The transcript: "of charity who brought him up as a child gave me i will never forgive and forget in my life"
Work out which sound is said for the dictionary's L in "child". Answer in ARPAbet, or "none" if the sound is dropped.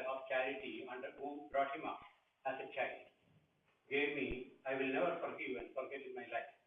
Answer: none